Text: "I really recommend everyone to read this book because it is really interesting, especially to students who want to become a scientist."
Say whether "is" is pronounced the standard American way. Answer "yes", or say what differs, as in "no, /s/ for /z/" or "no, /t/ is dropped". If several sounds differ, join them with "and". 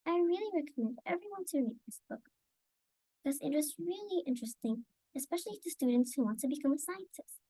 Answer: yes